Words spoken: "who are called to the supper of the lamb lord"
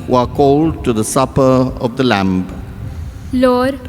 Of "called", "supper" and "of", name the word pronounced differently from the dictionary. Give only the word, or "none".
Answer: none